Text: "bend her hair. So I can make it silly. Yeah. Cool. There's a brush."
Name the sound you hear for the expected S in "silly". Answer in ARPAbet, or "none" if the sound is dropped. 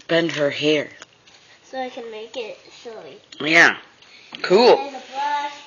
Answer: SH